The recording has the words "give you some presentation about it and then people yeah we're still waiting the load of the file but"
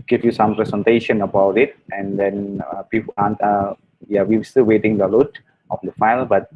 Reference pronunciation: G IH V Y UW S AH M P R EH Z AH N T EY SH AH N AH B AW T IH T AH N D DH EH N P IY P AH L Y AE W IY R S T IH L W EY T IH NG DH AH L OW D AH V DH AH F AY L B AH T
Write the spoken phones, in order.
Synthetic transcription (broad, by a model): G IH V Y UW S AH M P R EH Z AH N T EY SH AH N AH B AW T IH T AH N D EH N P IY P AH N Y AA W IY W S T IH L W EY T IH NG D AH L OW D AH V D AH F AY L B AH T